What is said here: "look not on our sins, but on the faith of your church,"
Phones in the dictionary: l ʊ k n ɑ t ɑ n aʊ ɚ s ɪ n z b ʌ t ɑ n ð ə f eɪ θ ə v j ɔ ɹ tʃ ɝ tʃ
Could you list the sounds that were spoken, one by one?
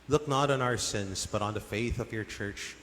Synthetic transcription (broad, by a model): l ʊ k n ɑ t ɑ n aʊ ɚ s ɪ n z b ʌ t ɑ n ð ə f eɪ θ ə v j ɔ ɹ tʃ ɝ tʃ